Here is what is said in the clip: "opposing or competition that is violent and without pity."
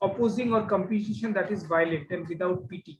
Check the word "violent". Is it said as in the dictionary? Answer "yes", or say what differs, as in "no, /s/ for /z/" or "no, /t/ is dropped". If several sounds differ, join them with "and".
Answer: no, /n/ is dropped